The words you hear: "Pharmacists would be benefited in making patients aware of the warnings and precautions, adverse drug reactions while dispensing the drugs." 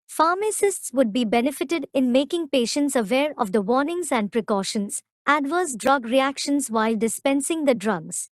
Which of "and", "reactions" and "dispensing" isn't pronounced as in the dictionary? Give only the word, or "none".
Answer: none